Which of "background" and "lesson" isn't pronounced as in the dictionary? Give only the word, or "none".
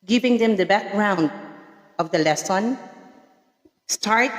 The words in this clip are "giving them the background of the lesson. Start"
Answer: none